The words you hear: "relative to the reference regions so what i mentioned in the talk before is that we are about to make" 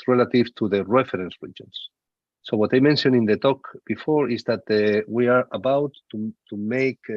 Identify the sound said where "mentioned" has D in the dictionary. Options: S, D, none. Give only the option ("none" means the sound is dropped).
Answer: none